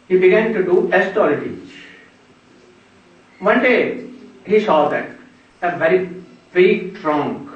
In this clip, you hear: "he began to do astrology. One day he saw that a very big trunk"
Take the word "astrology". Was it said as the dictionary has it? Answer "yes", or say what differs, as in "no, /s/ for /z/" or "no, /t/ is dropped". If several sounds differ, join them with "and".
no, /ɹ/ is dropped